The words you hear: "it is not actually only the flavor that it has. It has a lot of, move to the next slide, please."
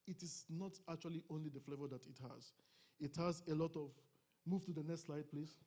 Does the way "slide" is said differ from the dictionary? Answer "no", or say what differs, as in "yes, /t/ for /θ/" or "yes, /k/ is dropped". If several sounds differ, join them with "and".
no